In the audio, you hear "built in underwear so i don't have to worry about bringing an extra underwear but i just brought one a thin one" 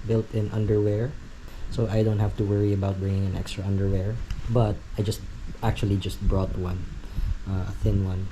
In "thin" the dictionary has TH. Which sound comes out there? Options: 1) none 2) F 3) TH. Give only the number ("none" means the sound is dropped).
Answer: 3